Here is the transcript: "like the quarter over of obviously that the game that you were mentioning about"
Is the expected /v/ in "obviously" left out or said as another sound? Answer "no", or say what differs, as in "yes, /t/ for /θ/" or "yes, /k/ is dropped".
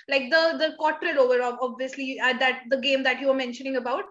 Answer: no